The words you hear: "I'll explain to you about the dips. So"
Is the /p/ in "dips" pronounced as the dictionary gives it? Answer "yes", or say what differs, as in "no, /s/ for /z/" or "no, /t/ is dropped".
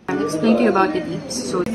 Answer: no, /p/ is dropped